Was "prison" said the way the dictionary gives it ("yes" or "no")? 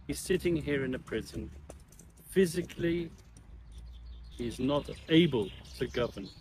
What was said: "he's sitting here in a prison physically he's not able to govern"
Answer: yes